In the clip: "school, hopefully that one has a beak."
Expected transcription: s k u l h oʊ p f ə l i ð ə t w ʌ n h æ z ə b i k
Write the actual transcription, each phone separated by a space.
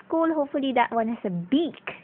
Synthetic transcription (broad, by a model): k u l h oʊ p f ə l i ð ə t w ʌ n h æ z ə b i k